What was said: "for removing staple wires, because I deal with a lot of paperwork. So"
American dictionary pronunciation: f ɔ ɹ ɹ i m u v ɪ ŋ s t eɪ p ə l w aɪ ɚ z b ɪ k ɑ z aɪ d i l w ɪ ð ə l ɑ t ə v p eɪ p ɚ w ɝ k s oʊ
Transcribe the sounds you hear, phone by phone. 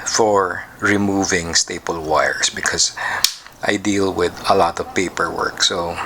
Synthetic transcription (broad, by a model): f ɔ ɹ ɹ i m u v ɪ ŋ s t eɪ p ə l w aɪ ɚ s b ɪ k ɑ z aɪ d i l w ɪ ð ə l ɑ t ə v p eɪ p ɚ w ɝ k s oʊ